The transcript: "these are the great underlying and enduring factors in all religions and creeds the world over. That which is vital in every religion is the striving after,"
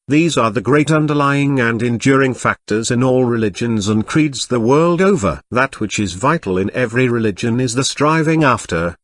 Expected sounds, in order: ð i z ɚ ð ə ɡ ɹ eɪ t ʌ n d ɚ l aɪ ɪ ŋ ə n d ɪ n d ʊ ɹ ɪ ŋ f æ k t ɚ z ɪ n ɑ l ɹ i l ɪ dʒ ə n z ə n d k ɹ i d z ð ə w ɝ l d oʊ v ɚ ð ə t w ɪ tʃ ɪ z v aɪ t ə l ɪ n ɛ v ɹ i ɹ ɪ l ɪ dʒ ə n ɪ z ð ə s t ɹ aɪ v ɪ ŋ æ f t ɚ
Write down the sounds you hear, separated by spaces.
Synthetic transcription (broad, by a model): ð i z ɚ ð ə ɡ ɹ eɪ t ʌ n d ɚ l aɪ ɪ ŋ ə n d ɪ n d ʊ ɹ ɪ ŋ f æ k t ɚ z ɪ n ɑ l ɹ i l ɪ dʒ ə n z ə n k ɹ i d z ð ə w ɝ l d oʊ v ɚ ð ə t w ɪ tʃ ɪ z v aɪ t l ɪ n ɛ v ɹ i ɹ ɪ l ɪ dʒ ə n ɪ z ð ə s t ɹ aɪ v ɪ ŋ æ f t ɚ